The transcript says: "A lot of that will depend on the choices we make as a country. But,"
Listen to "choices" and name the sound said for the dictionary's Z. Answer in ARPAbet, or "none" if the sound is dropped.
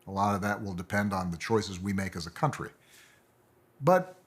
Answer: Z